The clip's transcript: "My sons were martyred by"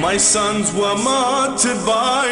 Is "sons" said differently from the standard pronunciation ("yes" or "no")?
no